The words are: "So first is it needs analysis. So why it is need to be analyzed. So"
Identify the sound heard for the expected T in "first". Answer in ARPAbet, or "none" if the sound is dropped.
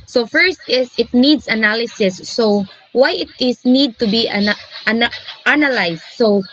T